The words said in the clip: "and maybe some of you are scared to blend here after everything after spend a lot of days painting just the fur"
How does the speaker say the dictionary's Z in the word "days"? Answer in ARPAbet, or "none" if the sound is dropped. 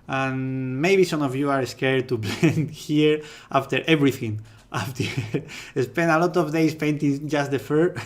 S